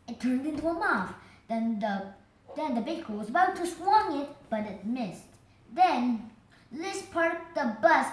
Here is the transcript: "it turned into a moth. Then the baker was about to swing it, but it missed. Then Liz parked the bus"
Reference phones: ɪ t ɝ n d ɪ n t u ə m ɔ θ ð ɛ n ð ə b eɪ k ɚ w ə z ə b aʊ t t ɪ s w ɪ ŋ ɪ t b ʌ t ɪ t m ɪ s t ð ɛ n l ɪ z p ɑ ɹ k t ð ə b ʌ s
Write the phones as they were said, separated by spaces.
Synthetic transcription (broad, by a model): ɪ t ɝ n d ɪ n t u ə m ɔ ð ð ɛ n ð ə b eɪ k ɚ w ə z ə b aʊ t t ɪ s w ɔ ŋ ɪ t b ʌ t ɪ t m ɪ s t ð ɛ n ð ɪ s p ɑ ɹ t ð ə b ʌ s